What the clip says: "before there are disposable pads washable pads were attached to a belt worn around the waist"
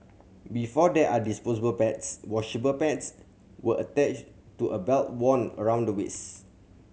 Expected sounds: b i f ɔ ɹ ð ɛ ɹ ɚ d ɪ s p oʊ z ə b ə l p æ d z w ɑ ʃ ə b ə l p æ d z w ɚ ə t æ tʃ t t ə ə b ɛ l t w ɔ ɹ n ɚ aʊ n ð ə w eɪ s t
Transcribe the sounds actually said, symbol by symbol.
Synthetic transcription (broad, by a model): b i f ɔ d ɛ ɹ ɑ d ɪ s p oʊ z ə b ə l p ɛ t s w ɑ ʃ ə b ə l p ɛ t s w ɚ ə t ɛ tʃ t t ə ə b ɛ l t w ɔ n ɚ aʊ n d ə w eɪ s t